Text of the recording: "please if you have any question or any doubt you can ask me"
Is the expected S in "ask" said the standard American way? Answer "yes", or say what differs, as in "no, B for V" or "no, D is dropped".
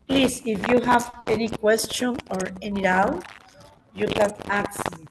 no, S is dropped